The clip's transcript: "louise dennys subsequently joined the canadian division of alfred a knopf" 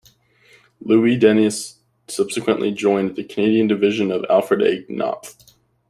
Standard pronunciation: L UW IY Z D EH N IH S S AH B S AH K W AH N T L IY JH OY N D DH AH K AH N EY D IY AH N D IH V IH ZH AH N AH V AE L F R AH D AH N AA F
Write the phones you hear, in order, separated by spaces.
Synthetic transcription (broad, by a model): L UW IY D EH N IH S S AH B S AH K W AH N T L IY JH OY N DH AH K AH N EY D IY AH N D IH V IH ZH AH N AH V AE L F R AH D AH N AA P